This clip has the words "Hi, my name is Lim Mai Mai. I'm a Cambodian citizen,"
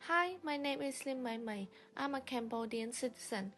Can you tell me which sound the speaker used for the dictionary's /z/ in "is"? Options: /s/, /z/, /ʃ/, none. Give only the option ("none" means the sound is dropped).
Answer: /s/